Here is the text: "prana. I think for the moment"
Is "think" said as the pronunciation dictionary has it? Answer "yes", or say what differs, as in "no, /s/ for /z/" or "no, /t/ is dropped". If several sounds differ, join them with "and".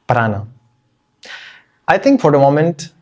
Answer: no, /t/ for /θ/